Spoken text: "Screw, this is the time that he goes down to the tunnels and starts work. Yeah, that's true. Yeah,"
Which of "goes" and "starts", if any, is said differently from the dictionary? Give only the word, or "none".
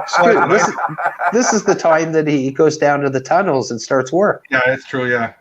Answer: none